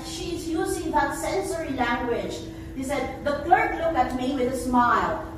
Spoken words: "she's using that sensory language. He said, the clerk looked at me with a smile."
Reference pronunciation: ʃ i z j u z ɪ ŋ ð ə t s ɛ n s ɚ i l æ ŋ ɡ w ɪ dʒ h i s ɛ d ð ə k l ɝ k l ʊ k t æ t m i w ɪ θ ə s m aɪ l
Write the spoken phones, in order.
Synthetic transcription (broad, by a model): ʃ i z j u z ɪ ŋ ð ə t s ɛ n s ɚ i l æ ŋ ɡ w ɪ dʒ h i s ɛ d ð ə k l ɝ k l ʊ k æ t m i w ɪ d ə s m aɪ l